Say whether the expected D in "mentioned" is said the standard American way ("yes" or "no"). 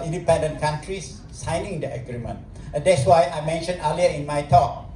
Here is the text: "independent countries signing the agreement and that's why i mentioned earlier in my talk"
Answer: no